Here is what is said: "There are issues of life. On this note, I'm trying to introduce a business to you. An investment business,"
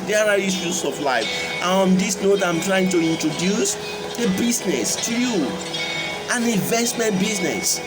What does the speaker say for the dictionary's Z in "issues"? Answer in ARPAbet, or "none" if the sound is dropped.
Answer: S